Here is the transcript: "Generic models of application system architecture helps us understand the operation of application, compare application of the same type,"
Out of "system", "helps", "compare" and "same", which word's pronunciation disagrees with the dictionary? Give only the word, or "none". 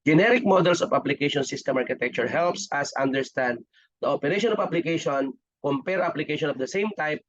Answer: none